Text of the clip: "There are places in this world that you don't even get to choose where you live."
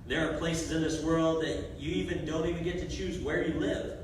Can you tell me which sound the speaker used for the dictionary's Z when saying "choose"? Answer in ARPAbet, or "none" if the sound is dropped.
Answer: Z